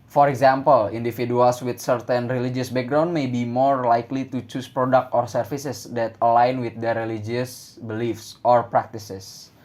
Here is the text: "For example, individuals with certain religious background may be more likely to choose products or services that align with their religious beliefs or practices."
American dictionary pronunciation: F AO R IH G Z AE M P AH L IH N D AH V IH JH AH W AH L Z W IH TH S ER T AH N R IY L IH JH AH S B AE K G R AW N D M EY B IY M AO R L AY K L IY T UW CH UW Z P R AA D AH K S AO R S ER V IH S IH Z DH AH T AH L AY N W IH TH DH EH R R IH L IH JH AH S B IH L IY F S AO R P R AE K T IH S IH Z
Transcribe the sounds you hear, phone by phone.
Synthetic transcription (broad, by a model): F AO R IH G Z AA M P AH L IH N D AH F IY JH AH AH L S W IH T S ER T AH N R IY L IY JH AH S B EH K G R AW N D M EY B IY M AO R L AY K L IY T UW CH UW S P R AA D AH K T AO R S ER F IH S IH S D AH T AH L AY N W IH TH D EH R R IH L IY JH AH S B IH L IY F S AO R P R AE K T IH S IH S